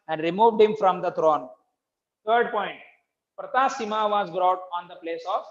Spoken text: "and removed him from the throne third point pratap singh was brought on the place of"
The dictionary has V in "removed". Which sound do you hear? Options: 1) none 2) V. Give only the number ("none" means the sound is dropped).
2